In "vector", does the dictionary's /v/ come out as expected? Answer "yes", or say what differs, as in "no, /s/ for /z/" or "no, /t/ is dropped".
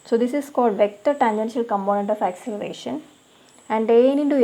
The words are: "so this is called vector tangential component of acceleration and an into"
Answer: yes